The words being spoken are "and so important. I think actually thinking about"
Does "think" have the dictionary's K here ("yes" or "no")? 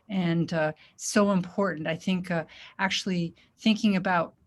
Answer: yes